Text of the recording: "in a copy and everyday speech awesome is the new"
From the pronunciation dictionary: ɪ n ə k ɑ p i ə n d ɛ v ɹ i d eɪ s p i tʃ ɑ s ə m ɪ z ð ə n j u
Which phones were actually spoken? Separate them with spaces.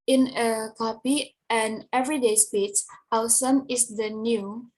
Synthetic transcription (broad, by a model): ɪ n ə k ɑ p i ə n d ɛ v ɹ i d eɪ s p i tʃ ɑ s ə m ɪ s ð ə n j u